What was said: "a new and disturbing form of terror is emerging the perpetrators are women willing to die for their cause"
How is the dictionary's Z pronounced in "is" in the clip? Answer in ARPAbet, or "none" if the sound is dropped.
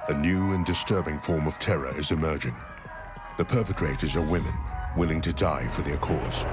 Z